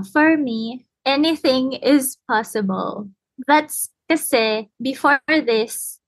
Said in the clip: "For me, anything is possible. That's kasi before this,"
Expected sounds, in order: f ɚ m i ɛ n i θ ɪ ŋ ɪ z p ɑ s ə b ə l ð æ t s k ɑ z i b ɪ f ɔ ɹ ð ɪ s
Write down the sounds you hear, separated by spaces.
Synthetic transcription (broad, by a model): f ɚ m i ɛ n i θ ɪ ŋ ɪ z p ɑ s ə b ə l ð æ t s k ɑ s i b ɪ f ɔ ɹ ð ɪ s